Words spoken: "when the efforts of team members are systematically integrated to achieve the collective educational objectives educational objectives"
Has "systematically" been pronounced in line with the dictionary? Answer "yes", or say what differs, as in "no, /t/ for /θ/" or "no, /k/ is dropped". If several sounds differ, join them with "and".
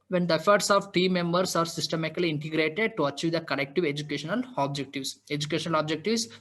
no, /k/ is dropped